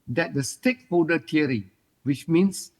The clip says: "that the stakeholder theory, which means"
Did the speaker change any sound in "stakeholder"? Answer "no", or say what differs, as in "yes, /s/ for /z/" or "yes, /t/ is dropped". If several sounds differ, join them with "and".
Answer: yes, /l/ is dropped